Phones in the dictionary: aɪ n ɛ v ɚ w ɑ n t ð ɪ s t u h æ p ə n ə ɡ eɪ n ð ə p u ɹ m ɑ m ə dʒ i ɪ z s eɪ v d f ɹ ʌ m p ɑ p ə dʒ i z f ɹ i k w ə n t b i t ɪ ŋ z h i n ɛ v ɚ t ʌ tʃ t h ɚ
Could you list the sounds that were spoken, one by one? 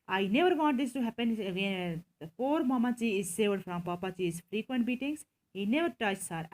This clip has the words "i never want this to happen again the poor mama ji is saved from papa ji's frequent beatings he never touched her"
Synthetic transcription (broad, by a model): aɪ n ɛ v ɚ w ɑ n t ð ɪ s t u h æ p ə n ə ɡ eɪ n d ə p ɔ ɹ m ɑ m ə tʃ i ɪ z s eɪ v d f ɹ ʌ m p ɑ p ə tʃ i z f ɹ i k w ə n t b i t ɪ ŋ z h i n ɛ v ɚ t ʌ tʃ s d